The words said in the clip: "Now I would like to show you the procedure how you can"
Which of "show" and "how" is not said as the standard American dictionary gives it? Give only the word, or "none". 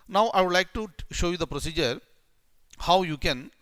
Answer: none